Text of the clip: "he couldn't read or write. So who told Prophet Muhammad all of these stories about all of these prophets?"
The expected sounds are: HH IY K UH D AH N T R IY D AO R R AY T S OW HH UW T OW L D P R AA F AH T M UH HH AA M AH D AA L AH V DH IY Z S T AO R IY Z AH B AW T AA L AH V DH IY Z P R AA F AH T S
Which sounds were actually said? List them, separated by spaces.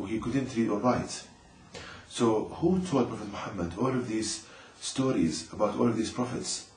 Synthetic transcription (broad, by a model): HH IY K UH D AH N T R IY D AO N R AY T S OW HH UW T OW L D P R AA F AH T M UH HH AA M AH D AA L AH V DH IY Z S T AO R IY Z AH B AW T AA L AH V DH IY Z P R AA F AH T S